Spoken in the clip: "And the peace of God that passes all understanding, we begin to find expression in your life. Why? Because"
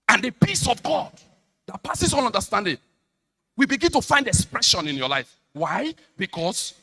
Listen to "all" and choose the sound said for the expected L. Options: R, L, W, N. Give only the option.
N